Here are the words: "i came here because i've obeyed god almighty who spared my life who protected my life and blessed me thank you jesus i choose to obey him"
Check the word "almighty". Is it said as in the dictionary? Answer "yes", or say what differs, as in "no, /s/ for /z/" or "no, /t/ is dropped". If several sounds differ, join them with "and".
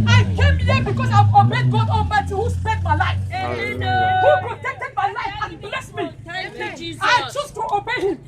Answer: no, /n/ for /l/